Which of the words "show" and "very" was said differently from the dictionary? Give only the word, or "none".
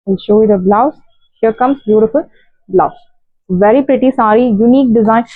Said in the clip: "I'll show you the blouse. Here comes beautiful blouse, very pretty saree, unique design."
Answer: none